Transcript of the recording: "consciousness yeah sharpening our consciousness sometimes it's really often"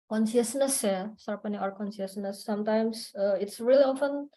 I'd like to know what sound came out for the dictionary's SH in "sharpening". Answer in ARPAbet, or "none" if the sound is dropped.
S